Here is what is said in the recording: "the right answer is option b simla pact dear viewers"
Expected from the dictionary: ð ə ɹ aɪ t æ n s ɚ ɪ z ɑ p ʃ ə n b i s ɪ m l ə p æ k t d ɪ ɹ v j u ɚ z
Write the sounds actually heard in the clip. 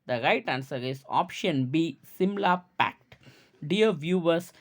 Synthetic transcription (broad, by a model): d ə ɹ aɪ t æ n s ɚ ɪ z ɑ p ʃ ə n b i s ɪ m l ə p æ k t d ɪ ɹ v j u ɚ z